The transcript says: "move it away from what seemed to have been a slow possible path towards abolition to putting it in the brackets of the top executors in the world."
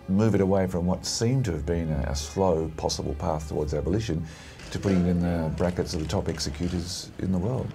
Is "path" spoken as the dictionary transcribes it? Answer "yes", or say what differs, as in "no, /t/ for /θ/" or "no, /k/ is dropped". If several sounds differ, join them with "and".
yes